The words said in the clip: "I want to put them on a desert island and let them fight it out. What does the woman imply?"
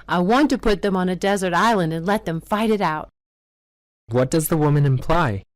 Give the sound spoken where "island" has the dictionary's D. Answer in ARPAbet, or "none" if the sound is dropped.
D